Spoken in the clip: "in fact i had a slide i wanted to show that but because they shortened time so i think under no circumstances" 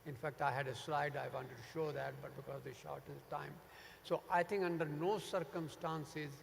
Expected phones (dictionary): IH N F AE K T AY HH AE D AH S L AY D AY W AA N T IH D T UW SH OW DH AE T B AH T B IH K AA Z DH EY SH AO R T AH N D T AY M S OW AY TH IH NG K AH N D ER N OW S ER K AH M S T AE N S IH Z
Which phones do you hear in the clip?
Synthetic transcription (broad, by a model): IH N F AE K T AY HH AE D AH S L AY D AY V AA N T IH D T UW SH OW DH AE T B AH T B IH K AA Z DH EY SH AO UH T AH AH T AY M S OW AY T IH NG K AH N D ER N OW S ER K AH M S T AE N S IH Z